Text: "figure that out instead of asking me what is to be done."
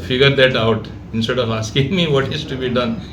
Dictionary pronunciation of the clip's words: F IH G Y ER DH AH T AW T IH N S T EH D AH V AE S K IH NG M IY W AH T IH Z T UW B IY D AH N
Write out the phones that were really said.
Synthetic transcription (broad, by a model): F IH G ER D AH T AW T IH N S T EH D AH V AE S K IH NG M IY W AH T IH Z T UW B IY D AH N